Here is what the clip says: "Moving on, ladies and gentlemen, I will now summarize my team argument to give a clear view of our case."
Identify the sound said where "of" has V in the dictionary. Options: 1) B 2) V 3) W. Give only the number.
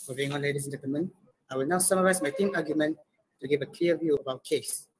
1